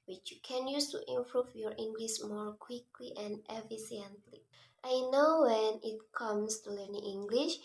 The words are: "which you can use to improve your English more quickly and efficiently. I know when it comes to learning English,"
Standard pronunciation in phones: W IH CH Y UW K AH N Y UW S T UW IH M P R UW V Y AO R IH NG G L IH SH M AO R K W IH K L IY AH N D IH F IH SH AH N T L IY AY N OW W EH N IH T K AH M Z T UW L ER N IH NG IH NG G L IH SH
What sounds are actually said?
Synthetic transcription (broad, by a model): W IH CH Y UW K AH N Y UW S T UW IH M P R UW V Y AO R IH NG G L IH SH M AO R K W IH K L IY AH N D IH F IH S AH N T L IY AY N OW W EH N IH T K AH M S T UW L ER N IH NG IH NG G L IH SH